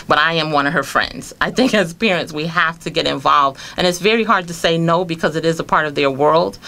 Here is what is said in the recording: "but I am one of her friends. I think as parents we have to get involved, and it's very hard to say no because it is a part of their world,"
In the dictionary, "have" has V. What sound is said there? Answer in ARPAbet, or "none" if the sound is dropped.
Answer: F